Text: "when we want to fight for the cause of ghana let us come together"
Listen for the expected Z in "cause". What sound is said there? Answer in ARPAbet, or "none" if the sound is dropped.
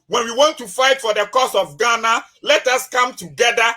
S